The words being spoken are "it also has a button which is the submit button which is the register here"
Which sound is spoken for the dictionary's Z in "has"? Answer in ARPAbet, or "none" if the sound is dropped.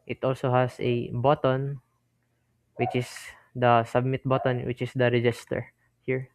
S